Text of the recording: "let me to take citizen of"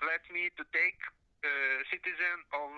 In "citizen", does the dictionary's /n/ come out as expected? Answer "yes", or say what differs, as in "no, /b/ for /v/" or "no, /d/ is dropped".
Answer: yes